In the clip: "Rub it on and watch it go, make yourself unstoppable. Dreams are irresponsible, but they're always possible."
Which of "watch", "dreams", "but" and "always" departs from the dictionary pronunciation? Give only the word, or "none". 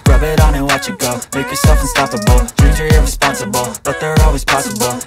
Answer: dreams